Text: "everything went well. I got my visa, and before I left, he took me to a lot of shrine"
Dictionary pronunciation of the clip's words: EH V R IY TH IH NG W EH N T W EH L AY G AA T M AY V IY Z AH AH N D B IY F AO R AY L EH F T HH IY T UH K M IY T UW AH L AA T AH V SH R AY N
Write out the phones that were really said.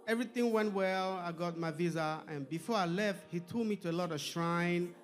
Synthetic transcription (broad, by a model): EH V R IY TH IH NG W EH N T W EH L AY G AA T M AY V IY Z AH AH N B IY F AO R AY L EH F T HH IY T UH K M IY T UW AH L AA T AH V SH R AY N